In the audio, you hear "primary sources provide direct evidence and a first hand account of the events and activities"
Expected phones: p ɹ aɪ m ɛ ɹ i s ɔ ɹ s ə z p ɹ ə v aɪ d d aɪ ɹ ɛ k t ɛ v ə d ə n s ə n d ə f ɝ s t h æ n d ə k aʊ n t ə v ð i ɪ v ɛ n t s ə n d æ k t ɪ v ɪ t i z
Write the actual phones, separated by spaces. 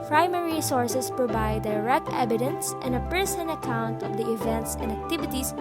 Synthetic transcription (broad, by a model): p ɹ aɪ m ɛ ɹ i s ɔ ɹ s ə s p ɹ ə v aɪ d d aɪ ɹ ɛ k t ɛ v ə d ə n s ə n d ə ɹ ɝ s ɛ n ə k aʊ n t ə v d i ɪ v ɛ n t s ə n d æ k t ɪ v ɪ t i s